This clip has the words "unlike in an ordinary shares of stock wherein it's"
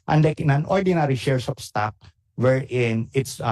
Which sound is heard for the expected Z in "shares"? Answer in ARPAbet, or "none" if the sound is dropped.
S